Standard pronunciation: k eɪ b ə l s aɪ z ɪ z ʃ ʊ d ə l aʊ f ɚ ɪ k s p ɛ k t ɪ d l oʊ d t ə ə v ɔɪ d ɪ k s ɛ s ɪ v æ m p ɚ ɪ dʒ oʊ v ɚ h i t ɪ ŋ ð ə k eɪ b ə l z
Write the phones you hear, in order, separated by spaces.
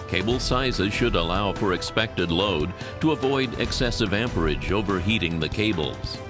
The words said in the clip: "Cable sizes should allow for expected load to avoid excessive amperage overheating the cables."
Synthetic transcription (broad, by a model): k eɪ b l s aɪ z ɪ z ʃ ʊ d ə l aʊ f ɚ ɪ k s p ɛ k t ɪ d l oʊ d t ə ə v ɔɪ d ɪ k s ɛ s ɪ v æ m p ɚ ɪ dʒ oʊ v ɚ h i t ɪ ŋ ð ə k eɪ b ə l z